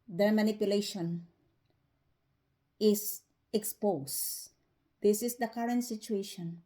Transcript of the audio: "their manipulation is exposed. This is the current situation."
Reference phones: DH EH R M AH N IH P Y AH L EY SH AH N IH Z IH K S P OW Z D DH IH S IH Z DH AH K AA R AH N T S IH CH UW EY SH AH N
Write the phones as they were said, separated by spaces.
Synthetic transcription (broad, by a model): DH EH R M AH N IH P Y AH L EY SH AH N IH S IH K S P OW S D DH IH S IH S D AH K AA R AH N T S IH CH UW EY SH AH N